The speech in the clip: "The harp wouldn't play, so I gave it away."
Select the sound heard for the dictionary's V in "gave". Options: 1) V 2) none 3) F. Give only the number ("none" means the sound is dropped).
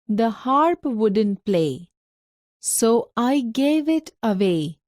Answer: 1